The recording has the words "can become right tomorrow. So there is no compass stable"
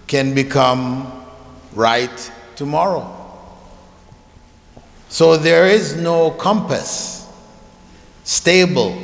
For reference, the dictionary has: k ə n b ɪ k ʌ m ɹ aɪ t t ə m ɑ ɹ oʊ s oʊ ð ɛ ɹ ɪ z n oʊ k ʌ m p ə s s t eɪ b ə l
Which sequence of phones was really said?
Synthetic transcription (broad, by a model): k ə n b ɪ k ʌ m ɹ aɪ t t ə m ɑ ɹ oʊ s oʊ ð ɛ ɹ ɪ z n oʊ k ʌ m p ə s s t eɪ b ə l